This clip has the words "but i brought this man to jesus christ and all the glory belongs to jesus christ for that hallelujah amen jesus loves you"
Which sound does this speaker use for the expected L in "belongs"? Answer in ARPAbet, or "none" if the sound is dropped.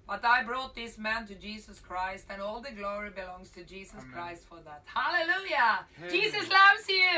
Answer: L